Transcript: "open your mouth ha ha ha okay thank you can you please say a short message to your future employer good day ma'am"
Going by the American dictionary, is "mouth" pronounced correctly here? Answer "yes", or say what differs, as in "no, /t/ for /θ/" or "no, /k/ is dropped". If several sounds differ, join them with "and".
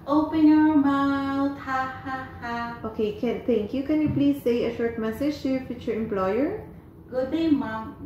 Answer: no, /t/ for /θ/